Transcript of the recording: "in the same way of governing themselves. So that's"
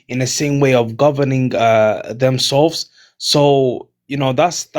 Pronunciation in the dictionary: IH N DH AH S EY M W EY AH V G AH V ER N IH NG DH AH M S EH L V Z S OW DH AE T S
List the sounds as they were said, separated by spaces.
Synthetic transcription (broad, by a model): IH N DH AH S EY M W EY AH V G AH V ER N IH NG DH AH M S EH L V Z S OW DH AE T S